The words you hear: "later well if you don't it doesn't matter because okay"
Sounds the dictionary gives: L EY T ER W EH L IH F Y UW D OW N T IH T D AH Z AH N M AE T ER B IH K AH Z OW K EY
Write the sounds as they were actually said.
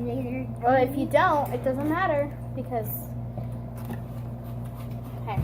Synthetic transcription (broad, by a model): W EH L IH F Y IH D OW N T IH T D AH Z AH N M AE T ER B IH K AH Z